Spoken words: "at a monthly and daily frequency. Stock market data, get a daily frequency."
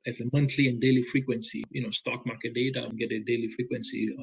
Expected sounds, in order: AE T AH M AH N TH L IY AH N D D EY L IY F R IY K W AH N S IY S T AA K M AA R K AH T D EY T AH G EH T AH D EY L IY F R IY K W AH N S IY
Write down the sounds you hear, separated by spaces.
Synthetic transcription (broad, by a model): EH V AH M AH N T L IY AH N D D EY L IY F R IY K W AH N S IY S T AA K M AA K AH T D EY T AH G EH T AH D EY L IY F R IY K W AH N S IY